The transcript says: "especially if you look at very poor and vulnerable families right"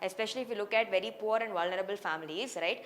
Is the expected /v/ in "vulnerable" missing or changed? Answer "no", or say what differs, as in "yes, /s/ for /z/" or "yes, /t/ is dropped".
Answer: no